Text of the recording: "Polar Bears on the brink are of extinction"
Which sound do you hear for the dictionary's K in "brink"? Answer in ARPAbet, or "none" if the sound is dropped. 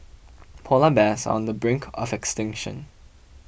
K